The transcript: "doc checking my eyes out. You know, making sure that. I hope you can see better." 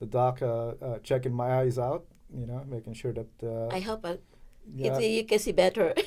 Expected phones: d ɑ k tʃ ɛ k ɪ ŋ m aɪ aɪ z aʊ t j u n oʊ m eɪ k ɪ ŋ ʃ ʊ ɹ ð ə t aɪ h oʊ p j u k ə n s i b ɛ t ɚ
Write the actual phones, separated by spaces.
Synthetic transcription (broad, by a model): d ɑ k tʃ ɛ k ɪ ŋ m aɪ aɪ z aʊ t j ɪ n oʊ m eɪ k ɪ ŋ ʃ ʊ ɹ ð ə t aɪ h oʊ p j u k ə n s i b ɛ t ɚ